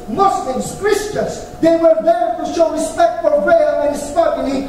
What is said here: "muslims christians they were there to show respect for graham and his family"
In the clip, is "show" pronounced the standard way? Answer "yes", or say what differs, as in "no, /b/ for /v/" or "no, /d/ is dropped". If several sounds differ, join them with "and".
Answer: yes